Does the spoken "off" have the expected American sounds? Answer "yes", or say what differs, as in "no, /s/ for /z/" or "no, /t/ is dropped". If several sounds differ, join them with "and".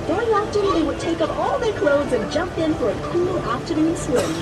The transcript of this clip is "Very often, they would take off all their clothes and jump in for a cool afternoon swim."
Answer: no, /p/ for /f/